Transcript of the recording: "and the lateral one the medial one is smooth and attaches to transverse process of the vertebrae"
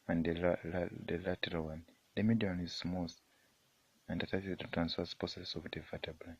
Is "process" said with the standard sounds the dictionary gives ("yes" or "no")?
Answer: no